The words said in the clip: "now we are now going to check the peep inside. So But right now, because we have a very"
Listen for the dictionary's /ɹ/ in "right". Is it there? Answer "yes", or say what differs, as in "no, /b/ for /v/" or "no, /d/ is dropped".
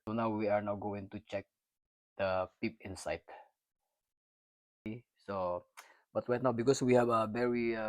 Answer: no, /w/ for /ɹ/